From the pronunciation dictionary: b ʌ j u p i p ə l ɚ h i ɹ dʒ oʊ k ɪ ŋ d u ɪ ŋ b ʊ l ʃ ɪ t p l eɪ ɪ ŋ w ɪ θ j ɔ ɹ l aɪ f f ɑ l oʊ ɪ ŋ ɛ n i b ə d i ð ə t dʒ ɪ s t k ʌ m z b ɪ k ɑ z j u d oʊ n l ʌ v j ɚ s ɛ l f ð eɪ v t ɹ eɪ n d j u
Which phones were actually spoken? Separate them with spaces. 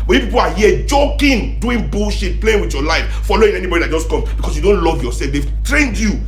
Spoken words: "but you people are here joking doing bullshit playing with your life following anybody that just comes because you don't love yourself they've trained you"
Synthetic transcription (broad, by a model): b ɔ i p i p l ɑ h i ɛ dʒ oʊ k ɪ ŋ d u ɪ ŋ b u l ʃ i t p l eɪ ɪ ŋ w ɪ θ j ɔ l aɪ f f ɑ l oʊ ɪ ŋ ɛ n i b ə d i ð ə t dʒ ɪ s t k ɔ m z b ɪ k ɑ s j u d oʊ n l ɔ v j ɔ s ɛ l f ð eɪ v t ɹ eɪ n d j u